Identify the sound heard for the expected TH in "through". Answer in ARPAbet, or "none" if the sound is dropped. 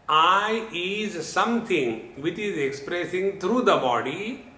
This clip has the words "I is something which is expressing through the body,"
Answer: T